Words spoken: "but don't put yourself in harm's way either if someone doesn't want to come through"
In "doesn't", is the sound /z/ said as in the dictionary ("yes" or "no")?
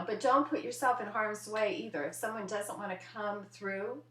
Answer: yes